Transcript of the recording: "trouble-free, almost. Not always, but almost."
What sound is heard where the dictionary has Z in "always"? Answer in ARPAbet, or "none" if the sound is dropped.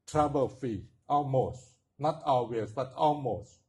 S